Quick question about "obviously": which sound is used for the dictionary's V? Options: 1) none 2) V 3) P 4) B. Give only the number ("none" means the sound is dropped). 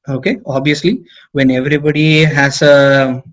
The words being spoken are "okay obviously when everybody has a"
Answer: 1